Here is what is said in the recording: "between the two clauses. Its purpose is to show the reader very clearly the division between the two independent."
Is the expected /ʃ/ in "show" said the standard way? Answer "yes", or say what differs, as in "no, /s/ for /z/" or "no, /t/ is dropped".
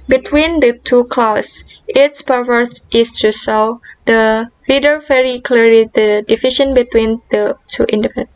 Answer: no, /s/ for /ʃ/